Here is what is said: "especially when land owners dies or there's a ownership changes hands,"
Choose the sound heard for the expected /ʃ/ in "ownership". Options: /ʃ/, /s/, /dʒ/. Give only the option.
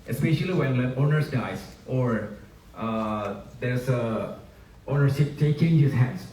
/s/